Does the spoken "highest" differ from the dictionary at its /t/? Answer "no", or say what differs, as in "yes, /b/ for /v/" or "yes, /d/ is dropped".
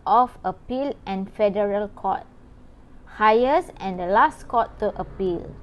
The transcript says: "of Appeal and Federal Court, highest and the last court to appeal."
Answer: yes, /t/ is dropped